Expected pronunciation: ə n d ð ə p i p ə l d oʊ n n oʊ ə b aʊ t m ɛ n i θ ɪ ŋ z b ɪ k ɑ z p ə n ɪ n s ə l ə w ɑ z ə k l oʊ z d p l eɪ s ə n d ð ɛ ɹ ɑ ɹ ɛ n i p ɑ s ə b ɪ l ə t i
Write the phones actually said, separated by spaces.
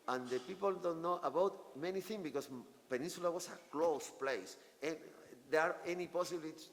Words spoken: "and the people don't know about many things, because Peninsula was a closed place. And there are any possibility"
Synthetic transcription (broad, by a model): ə n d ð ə p i p ə l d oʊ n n oʊ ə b aʊ t m ɛ n i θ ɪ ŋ b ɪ k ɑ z p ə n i n s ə l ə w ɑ s ə k l oʊ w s p l eɪ s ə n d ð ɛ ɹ ɑ ɹ ɛ n i p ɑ s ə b l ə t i